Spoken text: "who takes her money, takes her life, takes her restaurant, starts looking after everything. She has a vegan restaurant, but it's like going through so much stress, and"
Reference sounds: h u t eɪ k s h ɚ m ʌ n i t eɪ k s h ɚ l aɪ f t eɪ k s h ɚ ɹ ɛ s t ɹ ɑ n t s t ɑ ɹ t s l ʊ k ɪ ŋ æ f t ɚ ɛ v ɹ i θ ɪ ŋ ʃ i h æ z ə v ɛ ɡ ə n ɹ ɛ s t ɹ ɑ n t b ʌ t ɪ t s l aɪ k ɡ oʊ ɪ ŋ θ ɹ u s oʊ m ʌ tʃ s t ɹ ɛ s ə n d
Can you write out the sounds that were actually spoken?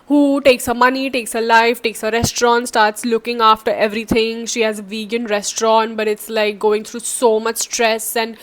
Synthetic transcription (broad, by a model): h u t eɪ k s h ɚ m ʌ n i t eɪ k s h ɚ l aɪ f t eɪ k s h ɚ ɹ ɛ s t ɹ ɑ n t s t ɑ ɹ t s l ʊ k ɪ ŋ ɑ f t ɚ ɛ v ɹ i t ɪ ŋ ʃ i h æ z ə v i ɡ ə n ɹ ɛ s t ɹ ɑ n t b ʌ t ɪ t s l aɪ k ɡ oʊ ɪ ŋ t ɹ u s oʊ m ʌ tʃ s t ɹ ɛ s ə n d